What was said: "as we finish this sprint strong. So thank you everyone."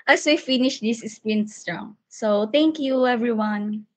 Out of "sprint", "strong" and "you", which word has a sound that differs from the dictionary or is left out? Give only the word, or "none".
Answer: sprint